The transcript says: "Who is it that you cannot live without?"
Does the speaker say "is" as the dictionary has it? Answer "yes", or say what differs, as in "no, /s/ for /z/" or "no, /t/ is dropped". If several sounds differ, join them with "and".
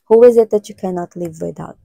yes